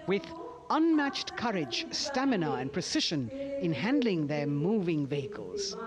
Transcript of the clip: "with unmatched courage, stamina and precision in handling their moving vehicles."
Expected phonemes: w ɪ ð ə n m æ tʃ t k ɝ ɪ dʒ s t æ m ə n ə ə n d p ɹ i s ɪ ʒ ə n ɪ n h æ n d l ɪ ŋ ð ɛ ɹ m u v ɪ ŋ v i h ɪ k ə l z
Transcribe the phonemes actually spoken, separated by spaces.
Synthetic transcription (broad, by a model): w ɪ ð ə n m æ tʃ t k ɝ ɪ dʒ s t æ m ə n ə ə n p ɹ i s ɪ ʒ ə n ɪ n h æ n d l ɪ ŋ ð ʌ ɹ m u v ɪ ŋ v i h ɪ k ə l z